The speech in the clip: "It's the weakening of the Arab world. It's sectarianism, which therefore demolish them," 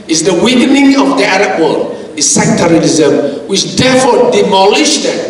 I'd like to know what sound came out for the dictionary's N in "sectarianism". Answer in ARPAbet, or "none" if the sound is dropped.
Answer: L